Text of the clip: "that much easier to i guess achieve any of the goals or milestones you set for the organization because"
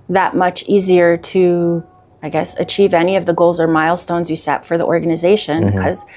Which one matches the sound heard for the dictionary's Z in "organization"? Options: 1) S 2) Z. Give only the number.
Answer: 2